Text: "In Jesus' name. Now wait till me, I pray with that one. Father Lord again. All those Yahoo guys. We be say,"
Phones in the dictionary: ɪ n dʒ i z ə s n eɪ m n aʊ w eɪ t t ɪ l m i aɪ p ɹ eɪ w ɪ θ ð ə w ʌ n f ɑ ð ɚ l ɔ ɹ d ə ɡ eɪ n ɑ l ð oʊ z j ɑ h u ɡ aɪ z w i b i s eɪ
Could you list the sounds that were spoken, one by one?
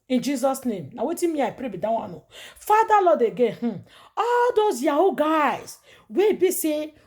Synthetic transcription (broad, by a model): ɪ n dʒ i z ə s n eɪ m n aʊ w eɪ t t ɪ m i aɪ p ɹ eɪ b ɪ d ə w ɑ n f ɑ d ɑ l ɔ d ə ɡ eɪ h ɑ l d oʊ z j ɑ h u ɡ aɪ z w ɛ b i s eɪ